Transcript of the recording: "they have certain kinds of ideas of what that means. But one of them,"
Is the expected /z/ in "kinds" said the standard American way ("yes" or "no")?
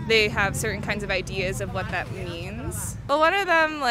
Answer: yes